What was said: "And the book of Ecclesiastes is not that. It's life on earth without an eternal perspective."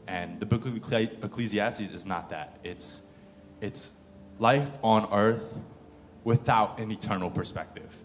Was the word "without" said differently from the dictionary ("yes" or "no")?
no